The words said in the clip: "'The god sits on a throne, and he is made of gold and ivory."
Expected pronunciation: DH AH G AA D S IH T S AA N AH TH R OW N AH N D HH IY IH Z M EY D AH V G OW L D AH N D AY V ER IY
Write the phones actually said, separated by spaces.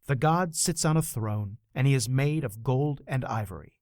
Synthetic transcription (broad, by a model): DH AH G AA D S IH T S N AH TH R OW N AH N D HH IY IH Z M EY D AH V G OW L D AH N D AY V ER IY